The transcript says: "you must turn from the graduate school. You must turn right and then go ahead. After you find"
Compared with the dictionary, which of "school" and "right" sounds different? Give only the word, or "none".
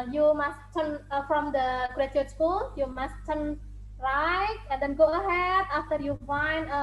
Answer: right